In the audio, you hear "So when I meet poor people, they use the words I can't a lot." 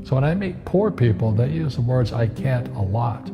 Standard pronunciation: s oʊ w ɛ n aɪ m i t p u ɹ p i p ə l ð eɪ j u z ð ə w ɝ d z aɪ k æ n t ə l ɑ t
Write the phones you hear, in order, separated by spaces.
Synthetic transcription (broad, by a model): s oʊ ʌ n aɪ m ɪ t p u ɹ p i p l ð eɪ j u z ð ə w ɝ d z aɪ k æ n t ə l ɑ t